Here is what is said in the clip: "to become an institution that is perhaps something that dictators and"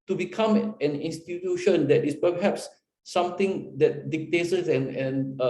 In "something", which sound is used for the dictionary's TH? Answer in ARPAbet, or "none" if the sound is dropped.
T